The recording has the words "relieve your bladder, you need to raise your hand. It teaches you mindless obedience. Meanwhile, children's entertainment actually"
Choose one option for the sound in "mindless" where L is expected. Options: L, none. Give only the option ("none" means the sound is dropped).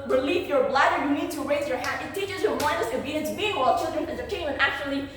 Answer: none